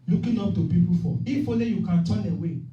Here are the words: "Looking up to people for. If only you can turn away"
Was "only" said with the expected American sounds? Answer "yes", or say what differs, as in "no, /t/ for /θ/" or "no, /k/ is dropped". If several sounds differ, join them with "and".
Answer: no, /n/ is dropped